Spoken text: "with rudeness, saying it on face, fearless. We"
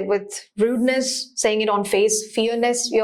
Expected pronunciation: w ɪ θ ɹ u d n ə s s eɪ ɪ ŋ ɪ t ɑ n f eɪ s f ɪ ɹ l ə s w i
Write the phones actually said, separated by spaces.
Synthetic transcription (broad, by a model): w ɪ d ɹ u d n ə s s eɪ ɪ ŋ ɪ t ɑ n f eɪ s f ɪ ɹ n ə s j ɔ